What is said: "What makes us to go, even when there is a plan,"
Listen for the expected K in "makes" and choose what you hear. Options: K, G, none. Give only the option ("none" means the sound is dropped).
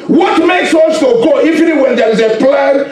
K